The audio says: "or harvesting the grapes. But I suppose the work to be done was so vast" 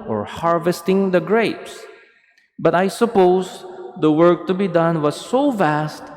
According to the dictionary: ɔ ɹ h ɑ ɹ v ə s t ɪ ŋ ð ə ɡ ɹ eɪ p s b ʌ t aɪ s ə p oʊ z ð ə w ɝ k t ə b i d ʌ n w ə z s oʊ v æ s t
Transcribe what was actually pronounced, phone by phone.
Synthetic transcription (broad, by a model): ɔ ɹ h ɑ ɹ v ə s t ɪ ŋ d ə ɡ ɹ eɪ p s b ʌ t aɪ s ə p oʊ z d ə w ɝ k t ə b i d ʌ n w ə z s oʊ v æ s t